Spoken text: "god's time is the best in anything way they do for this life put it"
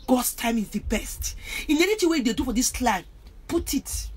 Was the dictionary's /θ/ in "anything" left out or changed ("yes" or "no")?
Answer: yes